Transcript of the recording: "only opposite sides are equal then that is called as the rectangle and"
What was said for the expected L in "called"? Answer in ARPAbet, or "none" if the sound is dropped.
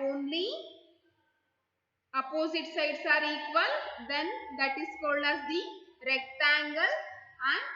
L